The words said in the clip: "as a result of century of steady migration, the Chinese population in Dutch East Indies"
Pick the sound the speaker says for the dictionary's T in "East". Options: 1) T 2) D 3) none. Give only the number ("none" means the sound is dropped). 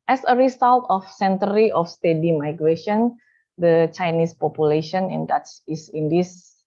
3